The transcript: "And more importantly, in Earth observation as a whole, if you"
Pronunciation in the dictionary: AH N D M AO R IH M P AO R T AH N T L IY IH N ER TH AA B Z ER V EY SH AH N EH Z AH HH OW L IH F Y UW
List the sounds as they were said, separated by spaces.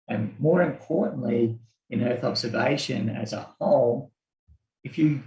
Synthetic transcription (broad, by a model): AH N M AO R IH M P AO R T N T L IY IH N ER TH AA B Z ER V EY SH AH N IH Z AH HH OW L IH F Y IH